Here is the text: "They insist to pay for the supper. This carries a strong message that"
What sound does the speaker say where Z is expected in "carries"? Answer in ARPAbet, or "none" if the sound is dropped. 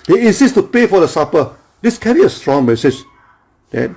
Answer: none